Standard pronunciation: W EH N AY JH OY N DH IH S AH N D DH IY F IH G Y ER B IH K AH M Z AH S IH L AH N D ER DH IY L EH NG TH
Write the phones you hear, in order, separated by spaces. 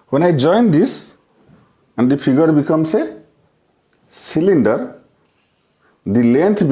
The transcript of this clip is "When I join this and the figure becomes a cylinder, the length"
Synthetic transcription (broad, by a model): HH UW N AY JH OY N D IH S AH N D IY P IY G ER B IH K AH M S AH S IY L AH N D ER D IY L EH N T